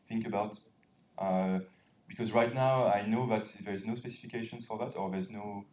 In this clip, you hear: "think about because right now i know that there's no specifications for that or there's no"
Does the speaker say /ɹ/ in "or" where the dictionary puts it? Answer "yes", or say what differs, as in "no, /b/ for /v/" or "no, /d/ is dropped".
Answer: yes